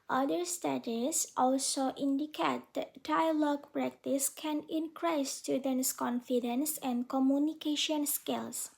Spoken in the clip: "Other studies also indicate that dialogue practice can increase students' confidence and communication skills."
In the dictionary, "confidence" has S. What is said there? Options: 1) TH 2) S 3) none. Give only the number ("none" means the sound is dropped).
2